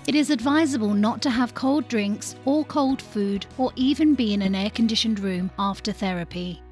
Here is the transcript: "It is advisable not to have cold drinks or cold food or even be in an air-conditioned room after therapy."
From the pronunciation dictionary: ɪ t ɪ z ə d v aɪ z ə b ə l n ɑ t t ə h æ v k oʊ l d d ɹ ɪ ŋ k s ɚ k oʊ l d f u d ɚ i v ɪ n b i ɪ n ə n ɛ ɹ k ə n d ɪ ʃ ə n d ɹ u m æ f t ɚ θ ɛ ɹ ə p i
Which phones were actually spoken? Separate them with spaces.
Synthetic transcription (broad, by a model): ɪ t ɪ z ə d v aɪ z ə b ə l n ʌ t t ə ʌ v k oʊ l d d ɹ ɪ ŋ k s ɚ k oʊ l d f u d ɚ i v ɪ n b i ɪ n ə n ɛ k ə n d ɪ ʃ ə n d ɹ u m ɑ f t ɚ θ ɛ ɹ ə p i